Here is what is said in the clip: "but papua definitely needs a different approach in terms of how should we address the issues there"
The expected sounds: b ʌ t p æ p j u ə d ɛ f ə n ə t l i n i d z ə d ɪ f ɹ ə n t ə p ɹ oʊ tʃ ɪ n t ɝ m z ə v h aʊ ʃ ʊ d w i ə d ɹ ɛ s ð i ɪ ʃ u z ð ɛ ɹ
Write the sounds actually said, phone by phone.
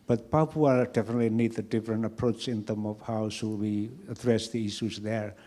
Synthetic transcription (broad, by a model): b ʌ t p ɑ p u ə d ɛ f ə n ə t l i n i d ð ə d ɪ f ɹ ə n t ə p ɹ oʊ tʃ ɪ n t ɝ m ə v h aʊ s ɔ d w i ə d ɹ ɛ s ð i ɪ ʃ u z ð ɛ ɹ